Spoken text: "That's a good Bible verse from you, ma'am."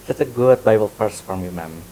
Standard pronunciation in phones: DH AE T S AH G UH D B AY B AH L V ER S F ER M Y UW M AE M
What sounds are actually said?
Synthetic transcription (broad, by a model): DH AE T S AH G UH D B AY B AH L P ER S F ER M Y UW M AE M